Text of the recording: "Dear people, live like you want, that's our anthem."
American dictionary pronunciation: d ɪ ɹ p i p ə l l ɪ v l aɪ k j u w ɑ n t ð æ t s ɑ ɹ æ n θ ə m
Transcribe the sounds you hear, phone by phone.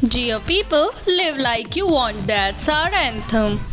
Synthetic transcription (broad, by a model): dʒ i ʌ p i p ə l l ɪ v l aɪ k j u w ɑ n t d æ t s ɑ ɹ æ n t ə m